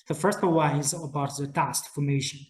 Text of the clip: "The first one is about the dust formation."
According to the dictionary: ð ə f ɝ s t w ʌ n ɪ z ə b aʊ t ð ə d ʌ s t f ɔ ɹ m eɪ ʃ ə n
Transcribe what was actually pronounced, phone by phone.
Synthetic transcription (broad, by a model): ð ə f ɝ s t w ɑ ɪ z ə b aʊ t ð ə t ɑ s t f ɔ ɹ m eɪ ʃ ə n